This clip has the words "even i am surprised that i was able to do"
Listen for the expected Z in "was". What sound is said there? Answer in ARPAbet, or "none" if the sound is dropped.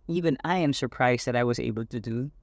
Z